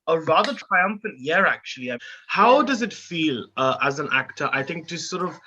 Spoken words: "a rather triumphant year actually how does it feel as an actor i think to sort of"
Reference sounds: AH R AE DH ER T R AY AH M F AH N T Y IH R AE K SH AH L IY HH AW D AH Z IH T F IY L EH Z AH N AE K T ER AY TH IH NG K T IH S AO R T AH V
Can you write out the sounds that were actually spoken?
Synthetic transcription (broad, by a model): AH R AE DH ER T R AY AH M F AH N T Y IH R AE K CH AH L IY HH AW D AH Z IH T F IY L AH Z AH N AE K T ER AY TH IH NG K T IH S AO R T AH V